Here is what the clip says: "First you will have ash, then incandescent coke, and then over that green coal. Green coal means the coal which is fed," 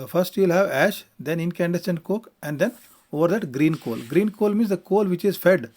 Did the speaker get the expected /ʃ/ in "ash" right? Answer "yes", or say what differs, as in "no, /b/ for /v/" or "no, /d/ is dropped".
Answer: yes